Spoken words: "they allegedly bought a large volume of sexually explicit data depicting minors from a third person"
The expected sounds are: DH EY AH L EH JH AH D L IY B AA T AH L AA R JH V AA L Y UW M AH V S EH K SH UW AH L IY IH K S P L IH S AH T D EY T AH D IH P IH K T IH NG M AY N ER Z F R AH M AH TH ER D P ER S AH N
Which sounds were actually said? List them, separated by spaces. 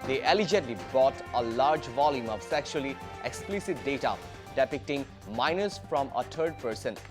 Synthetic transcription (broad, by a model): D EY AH L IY JH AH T L IY B AA T AH L AA R JH V AA L Y UW M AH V S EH K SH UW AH L IY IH K S P L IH S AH T D EY T AH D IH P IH K T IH NG M AY N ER S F R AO M AH T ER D P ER S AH N